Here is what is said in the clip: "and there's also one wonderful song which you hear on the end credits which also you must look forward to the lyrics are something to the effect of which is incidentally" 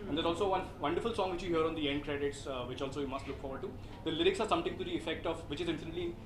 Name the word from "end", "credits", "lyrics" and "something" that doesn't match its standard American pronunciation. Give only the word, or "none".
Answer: something